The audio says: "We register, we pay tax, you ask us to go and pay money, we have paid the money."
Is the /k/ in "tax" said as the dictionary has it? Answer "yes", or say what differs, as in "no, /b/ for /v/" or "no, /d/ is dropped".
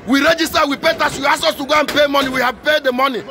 no, /k/ is dropped